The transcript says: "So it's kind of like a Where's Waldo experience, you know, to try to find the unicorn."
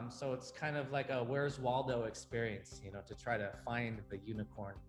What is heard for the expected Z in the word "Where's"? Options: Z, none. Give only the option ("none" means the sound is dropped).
Z